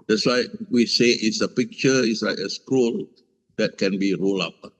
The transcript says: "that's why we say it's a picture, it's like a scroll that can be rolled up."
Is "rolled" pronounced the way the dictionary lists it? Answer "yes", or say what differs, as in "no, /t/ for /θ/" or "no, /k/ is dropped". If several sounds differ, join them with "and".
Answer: no, /d/ is dropped